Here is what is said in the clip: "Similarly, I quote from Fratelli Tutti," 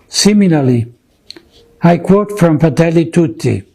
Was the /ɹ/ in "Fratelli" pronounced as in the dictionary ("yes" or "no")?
no